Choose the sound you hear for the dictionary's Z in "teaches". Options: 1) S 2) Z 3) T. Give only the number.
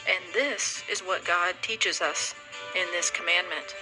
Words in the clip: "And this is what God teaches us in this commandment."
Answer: 2